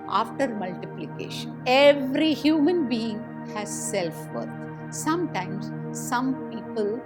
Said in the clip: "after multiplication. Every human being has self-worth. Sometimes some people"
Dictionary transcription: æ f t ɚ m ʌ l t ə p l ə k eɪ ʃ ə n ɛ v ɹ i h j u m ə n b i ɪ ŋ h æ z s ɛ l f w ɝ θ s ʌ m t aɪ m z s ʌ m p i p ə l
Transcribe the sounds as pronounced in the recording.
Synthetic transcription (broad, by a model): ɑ f t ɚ m ʌ l t ə p l ə k eɪ ʃ ə n ɛ v ɹ i h j u m ə n b i ɪ ŋ h æ z s ɛ l f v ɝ t s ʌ m t aɪ m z s ʌ m p i p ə l